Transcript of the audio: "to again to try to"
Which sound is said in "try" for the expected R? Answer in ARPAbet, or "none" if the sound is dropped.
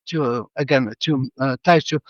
none